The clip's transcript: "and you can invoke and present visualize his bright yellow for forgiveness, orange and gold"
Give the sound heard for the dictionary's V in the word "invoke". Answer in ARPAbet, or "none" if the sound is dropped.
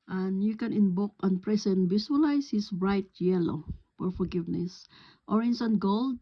B